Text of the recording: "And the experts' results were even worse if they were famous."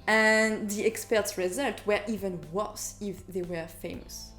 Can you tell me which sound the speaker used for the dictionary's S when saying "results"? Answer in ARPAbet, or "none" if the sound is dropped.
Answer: none